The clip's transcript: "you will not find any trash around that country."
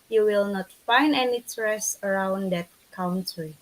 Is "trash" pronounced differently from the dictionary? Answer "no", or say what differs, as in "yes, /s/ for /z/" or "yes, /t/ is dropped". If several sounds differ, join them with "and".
yes, /s/ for /ʃ/